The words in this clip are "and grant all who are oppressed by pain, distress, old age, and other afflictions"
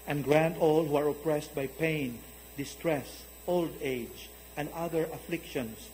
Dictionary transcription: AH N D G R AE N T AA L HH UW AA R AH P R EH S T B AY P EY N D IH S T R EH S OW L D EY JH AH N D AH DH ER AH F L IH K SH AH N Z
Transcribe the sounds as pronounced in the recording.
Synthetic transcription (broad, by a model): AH N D G R AE N T AA L HH UW AA R AH P R EH S T B AY P EY N D IH S T R EH S OW L D EY JH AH N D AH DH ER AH F L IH K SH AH N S